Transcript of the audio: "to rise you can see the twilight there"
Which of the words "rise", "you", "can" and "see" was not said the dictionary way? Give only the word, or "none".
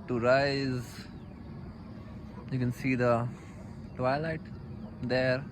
none